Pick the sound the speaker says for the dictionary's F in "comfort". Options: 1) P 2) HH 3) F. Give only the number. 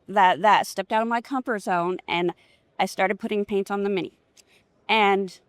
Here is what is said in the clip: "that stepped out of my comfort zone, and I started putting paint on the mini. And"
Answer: 1